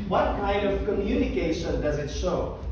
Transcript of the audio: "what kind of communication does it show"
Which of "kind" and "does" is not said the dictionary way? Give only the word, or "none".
none